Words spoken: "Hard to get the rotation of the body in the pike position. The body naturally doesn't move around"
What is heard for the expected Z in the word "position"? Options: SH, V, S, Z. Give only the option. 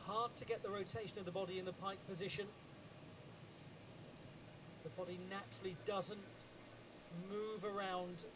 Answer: Z